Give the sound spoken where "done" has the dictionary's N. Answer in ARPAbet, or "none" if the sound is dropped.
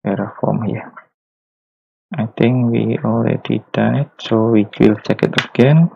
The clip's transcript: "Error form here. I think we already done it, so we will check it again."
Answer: none